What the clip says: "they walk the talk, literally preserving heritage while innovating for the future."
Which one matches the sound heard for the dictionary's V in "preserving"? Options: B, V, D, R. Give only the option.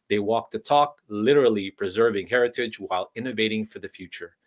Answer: V